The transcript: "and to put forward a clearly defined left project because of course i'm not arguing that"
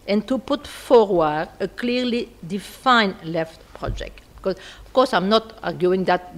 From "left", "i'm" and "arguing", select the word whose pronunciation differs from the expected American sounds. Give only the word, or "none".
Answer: none